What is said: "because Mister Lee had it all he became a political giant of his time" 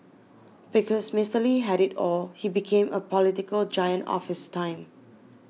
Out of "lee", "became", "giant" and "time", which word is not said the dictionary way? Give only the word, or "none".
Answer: none